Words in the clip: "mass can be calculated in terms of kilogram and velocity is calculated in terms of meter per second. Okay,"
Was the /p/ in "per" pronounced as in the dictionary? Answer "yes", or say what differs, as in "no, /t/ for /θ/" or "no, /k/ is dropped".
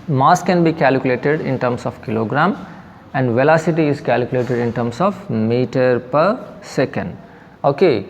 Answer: yes